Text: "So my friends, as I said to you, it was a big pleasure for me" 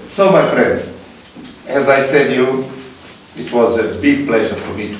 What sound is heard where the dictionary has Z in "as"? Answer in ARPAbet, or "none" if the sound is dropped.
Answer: Z